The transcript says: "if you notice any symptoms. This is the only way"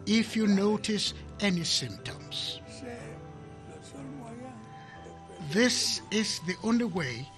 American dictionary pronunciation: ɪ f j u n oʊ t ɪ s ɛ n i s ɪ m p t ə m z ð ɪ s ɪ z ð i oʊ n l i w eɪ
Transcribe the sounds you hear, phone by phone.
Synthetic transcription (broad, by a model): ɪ f j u n oʊ t ɪ s ɛ n i s ɪ m p t ə m z ð ɪ s ɪ z ð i oʊ n l i w eɪ